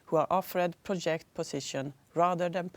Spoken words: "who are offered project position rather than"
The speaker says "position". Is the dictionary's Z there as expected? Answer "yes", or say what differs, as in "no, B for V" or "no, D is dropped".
no, S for Z